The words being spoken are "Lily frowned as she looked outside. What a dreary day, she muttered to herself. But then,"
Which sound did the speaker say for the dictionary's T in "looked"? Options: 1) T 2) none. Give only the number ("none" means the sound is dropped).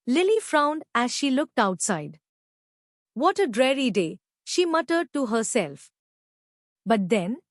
1